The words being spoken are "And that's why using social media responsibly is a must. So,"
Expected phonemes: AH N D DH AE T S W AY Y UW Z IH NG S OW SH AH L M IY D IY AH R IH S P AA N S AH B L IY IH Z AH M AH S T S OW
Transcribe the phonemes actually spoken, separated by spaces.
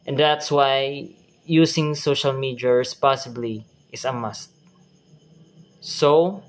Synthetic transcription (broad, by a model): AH N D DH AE T S W AY Y UW S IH NG S OW SH AH L M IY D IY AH R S P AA S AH B L IY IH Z AH M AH S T S OW